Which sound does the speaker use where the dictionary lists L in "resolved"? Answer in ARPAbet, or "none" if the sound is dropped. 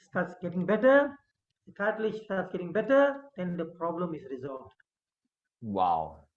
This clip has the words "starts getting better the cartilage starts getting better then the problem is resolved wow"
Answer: L